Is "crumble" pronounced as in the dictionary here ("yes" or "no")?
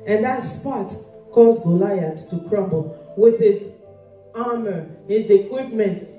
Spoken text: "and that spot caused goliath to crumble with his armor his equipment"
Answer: yes